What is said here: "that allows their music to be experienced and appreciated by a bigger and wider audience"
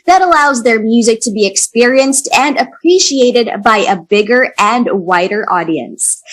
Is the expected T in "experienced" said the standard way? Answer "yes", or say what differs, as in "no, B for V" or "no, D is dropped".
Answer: yes